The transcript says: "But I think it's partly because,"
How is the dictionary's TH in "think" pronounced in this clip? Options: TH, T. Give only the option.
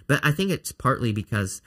TH